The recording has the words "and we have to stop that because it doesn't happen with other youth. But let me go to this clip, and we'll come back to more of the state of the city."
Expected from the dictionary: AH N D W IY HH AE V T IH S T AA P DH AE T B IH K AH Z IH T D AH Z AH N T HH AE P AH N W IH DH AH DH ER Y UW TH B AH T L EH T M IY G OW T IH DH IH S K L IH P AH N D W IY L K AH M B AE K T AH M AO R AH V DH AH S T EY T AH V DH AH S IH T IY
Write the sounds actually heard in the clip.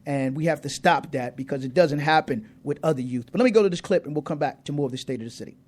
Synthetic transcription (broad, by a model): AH N W IY HH AE F T IH S T AA P DH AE T B IH K AH Z IH T D AH Z AH N T HH AE P AH N W IH DH AH DH ER Y UW TH B AH T L EH T M IY G OW T IH DH IH S K L IH P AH N W IY L K AH M B AE K T AH M AO R AH V DH AH S T EY T AH V DH AH S IH T IY